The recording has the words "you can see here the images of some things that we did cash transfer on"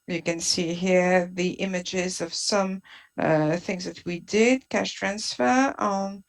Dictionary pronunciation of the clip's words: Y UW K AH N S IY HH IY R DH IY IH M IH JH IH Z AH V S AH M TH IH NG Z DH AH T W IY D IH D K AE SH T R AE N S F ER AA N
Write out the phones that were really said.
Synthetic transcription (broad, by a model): Y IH K AH N S IY HH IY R DH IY IH M IH JH IH Z AH V S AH M TH IH NG Z DH AH T W IY D IH D K AE SH T R AE N S F ER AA N